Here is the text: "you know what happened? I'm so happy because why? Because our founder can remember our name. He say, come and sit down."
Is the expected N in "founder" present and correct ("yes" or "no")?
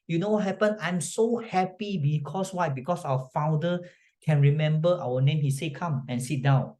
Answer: no